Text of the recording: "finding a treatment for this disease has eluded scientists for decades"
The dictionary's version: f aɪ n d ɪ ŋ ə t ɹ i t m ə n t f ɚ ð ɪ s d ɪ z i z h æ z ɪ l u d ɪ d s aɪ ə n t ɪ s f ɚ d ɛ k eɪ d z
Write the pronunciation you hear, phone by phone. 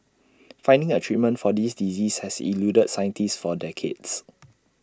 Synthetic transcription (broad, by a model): f aɪ n d ɪ ŋ ə t ɹ i t m ə n t f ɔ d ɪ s d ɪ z i s h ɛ s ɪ l u d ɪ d s aɪ ə n t ɪ s f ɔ d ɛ k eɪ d s